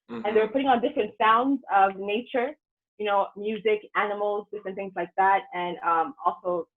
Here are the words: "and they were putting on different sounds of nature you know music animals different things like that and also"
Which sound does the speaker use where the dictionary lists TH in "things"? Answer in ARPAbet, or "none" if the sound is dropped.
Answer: TH